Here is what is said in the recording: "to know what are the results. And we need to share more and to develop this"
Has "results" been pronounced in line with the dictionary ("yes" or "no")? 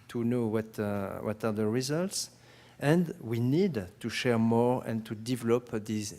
yes